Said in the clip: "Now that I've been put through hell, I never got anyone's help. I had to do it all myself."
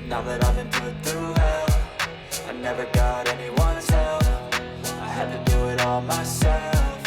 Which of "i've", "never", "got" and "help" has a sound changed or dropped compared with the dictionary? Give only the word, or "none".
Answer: help